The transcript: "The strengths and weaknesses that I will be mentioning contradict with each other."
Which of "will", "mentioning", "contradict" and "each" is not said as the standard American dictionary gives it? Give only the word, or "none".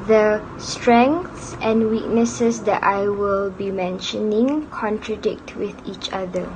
none